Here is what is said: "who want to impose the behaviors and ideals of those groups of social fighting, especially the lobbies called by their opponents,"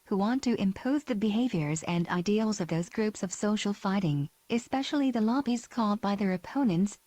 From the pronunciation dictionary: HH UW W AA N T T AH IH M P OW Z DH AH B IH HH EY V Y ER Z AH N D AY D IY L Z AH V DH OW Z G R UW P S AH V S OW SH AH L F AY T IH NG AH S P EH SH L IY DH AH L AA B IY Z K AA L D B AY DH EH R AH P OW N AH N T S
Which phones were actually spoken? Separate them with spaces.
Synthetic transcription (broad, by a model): HH UW W AA N T T IH M P OW Z DH AH B IH HH EY V Y ER Z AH N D AY D IY L Z AH V DH OW Z G R UW P S AH V S OW SH L F AY T IH NG AH S P EH SH L IY DH AH L AA B IY Z K AA L D B AY DH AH R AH P OW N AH N T S